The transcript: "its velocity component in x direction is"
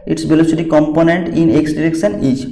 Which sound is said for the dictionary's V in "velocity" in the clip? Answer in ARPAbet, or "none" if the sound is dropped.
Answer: B